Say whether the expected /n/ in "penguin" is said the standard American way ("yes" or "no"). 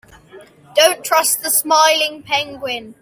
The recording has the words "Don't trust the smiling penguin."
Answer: yes